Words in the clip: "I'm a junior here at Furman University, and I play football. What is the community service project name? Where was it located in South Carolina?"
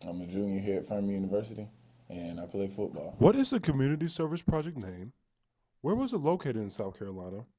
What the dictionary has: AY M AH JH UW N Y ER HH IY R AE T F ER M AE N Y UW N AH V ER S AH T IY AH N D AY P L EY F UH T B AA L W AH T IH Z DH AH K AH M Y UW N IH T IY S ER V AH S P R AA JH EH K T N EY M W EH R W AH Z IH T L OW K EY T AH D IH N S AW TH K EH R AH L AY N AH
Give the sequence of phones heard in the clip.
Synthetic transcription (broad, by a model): AY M AH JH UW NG Y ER HH IY R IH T F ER M Y UW N AH V ER S AH T IY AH N AY P L EY F UH T B AA L W AH T IH Z DH AH K AH M Y UW N IH T IY S ER V AH S P R AA JH EH K T N EY M W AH R W AH Z IH T L OW K EY T AH D IH N S AW TH K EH R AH L AY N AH